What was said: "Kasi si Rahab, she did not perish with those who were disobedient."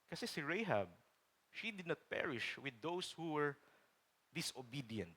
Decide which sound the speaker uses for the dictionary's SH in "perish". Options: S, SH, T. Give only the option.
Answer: SH